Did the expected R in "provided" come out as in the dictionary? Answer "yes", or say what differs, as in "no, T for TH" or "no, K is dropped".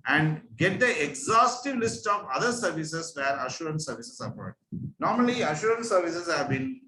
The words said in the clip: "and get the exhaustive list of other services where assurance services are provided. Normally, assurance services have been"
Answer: no, R is dropped